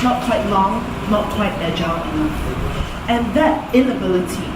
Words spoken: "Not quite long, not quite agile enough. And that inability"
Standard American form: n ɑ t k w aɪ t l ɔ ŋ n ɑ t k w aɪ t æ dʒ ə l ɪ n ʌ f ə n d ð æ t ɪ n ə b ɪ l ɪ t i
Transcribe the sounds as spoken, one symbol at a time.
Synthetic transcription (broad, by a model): n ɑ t k w aɪ t l ɔ ŋ n ɑ t k w aɪ t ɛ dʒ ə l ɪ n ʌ ə n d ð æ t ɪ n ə b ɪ l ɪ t i